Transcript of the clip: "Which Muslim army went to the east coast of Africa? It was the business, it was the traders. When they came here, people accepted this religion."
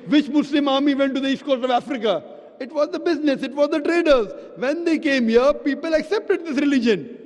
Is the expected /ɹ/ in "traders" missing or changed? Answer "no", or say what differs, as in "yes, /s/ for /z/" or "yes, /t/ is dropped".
no